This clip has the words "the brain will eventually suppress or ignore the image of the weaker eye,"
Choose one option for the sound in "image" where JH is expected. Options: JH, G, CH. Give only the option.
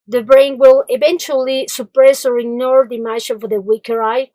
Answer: CH